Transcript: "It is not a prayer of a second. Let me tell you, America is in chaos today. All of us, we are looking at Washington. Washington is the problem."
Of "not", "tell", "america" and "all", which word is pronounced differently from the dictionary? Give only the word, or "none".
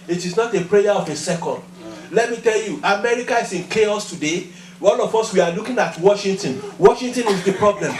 all